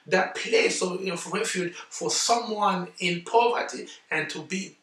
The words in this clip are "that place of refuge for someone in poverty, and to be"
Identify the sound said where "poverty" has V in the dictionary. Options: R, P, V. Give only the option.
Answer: V